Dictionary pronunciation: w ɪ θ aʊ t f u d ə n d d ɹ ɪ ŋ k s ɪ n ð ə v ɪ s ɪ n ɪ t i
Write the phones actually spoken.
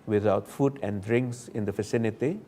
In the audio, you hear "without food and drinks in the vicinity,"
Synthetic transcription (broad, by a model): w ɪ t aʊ t f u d ə n d d ɹ ɪ ŋ k s ɪ n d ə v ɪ s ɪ n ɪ t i